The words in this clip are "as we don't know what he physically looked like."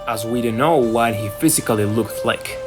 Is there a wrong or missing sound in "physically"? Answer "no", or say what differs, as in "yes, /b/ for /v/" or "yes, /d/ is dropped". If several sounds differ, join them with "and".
no